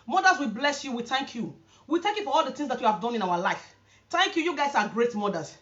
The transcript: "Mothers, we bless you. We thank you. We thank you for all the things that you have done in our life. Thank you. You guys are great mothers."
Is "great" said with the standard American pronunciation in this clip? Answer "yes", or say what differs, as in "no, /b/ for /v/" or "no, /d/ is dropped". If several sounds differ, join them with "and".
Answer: yes